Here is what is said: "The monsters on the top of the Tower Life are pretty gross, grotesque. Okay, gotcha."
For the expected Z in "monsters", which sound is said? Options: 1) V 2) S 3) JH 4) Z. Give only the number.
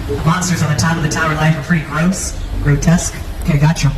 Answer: 4